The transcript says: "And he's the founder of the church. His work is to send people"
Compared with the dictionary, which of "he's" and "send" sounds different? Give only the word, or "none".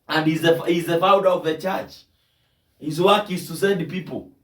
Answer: send